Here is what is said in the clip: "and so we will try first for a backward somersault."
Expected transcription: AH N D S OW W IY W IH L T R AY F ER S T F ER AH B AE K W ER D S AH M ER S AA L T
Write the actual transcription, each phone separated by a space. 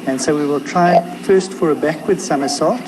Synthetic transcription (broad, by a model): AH N S OW W IY W IH L T R AY F ER S T F ER AH B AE K W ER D S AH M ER S AA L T